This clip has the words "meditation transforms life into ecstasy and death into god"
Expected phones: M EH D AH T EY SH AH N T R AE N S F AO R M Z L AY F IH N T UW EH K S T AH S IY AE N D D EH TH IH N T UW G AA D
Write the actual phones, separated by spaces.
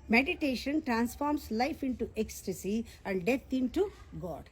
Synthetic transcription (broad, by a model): M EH D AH T EY SH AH N T R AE N S F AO R M S L AY F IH N T UW EH K S T AH S IY AE N D D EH T IH N T UW G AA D